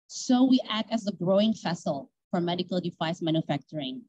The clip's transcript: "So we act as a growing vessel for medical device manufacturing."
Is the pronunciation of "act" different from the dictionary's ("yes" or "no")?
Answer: no